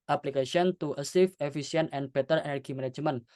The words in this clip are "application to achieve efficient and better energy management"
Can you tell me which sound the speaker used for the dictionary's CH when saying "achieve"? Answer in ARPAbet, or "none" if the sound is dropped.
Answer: S